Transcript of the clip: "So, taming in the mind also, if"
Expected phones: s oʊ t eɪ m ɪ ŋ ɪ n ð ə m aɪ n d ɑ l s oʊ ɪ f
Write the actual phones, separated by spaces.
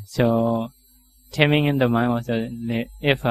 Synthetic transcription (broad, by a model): s oʊ t eɪ m ɪ ŋ ɪ n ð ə m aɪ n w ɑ s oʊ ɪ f